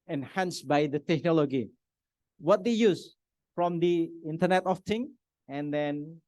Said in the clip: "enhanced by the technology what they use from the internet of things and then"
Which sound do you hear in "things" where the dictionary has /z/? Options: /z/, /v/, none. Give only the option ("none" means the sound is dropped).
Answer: none